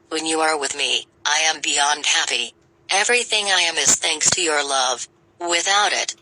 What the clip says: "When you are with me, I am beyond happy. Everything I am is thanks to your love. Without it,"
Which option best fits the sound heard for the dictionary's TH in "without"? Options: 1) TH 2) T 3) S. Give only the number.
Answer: 1